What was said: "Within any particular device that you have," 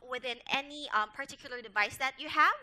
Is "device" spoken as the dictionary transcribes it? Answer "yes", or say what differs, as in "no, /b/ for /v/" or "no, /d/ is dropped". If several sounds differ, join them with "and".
yes